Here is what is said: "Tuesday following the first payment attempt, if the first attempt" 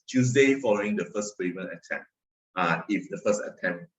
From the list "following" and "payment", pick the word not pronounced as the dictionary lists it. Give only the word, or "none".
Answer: payment